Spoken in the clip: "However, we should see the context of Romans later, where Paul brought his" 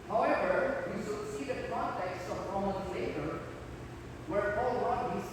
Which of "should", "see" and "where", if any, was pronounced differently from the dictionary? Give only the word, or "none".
should